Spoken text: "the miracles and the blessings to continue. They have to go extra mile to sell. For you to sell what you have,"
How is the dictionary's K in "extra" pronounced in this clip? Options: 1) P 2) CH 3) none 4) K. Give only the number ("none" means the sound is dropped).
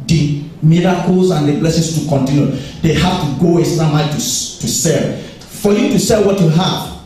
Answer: 3